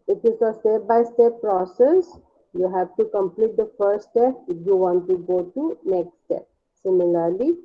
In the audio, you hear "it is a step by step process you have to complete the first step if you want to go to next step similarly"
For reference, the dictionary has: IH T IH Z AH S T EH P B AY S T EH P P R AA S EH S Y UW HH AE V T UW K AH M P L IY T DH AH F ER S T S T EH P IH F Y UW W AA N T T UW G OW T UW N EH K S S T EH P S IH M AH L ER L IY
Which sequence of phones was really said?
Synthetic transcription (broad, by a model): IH T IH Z AH S T EH P B AY S T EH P P R AA S EH S Y UW HH AE V T UW K AH M P L IY T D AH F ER T S T EH P IH F Y UW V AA N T T UW G OW T UW N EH K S S T EH P S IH M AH L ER L IY